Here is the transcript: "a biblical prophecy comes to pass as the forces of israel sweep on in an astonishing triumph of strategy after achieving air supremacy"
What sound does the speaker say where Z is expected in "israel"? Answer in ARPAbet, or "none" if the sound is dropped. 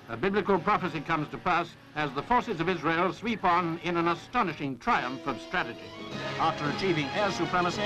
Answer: Z